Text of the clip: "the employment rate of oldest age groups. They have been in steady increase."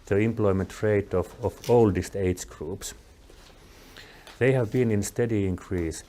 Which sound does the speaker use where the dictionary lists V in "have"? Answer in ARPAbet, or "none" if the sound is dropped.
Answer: V